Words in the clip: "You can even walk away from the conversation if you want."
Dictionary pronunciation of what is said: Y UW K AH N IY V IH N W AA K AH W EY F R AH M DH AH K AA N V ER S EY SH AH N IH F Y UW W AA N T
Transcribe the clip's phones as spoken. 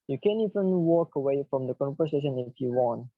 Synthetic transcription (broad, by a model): Y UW K AH N IY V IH N W AA K AH W EY F R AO M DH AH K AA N P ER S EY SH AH N IH F Y UW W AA N